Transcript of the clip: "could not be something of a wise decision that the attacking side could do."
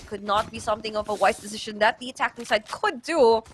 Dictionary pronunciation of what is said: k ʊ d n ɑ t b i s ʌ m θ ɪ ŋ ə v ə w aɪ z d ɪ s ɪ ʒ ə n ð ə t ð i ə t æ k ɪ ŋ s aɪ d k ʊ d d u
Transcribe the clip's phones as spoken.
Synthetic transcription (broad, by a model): k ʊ d n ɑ t b i s ʌ m θ ɪ ŋ ə v ə w aɪ s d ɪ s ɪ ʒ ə n ð ə t ð i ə t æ k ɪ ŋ s aɪ d k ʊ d d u